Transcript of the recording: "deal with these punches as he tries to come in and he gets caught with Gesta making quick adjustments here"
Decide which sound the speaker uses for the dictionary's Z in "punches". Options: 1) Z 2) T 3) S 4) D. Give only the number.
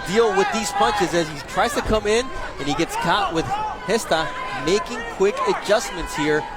1